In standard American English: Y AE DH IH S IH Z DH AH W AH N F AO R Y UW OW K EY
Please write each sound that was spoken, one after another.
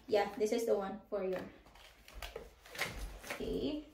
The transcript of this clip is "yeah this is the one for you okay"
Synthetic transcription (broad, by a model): Y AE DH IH S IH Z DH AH W AH N F AO R Y UW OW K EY